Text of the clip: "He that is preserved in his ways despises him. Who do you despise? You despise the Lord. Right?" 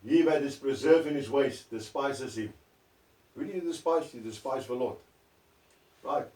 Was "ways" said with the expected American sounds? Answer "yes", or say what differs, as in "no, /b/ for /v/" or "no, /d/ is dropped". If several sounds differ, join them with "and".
no, /s/ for /z/